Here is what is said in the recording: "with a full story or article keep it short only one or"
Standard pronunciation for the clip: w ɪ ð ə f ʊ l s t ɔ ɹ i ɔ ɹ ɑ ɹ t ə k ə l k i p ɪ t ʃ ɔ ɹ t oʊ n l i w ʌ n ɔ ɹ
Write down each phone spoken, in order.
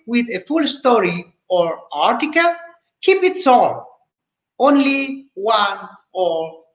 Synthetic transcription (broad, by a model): w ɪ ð ə f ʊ l s t ɔ ɹ i ɔ ɹ ɑ ɹ t ə k ə l k i p ɪ t s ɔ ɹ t oʊ n l i w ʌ n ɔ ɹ